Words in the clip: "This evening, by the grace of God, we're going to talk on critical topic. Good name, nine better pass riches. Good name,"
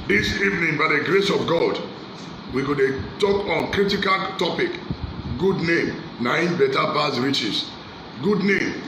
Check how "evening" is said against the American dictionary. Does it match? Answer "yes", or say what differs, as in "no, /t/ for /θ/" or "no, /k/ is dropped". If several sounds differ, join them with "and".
yes